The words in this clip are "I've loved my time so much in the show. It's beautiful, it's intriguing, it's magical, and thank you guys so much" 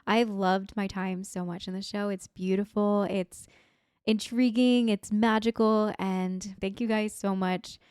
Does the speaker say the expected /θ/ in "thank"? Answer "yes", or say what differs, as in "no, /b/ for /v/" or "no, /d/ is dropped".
yes